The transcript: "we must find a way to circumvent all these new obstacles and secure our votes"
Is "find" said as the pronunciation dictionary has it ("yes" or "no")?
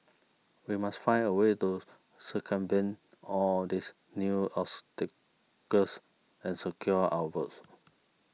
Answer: no